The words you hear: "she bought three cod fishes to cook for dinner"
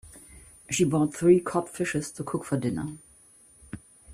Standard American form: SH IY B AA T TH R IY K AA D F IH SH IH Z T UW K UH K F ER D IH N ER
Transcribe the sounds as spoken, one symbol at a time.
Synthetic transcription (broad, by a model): SH IY B AA T TH R IY K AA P F IH SH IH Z T UW K UH K F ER D IH N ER